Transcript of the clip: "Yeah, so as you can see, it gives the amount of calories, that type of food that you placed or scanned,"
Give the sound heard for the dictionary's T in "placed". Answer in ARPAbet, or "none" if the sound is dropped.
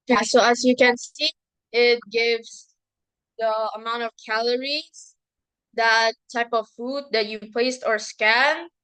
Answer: T